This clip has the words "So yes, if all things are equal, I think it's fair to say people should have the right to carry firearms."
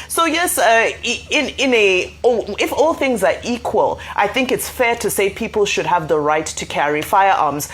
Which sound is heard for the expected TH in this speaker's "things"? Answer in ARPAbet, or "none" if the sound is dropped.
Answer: TH